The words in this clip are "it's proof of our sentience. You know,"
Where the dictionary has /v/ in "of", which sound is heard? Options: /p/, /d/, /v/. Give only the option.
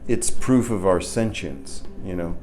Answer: /v/